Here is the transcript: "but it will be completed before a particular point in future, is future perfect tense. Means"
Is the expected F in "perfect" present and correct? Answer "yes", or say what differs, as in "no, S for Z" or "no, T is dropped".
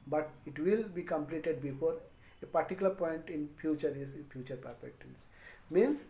no, P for F